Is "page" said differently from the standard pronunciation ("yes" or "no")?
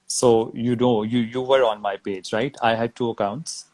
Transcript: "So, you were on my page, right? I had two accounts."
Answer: no